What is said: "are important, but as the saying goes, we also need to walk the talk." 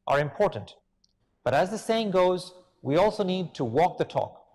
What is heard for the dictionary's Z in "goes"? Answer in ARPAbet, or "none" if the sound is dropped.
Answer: Z